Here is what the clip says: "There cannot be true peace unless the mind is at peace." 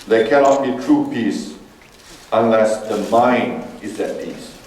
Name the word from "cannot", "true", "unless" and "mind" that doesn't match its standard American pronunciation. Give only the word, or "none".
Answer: mind